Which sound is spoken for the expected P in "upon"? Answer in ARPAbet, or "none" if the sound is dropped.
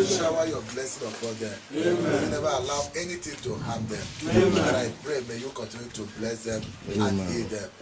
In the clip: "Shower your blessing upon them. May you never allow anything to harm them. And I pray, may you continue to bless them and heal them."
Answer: F